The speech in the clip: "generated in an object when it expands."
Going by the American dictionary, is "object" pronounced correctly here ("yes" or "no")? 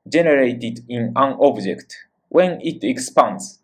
yes